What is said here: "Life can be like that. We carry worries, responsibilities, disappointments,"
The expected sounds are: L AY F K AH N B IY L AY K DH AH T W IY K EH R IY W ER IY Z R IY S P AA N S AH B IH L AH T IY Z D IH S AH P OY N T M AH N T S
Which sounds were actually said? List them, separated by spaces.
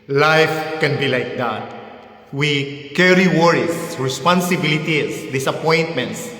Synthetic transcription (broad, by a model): L AY F K AH N B IY L AY K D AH T W IY K EH R IY W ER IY S R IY S P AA N S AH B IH L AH T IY S D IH S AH P OY N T M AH N T S